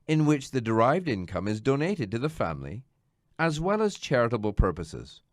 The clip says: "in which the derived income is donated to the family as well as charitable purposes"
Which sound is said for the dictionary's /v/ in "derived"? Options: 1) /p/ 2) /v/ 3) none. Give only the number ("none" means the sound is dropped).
2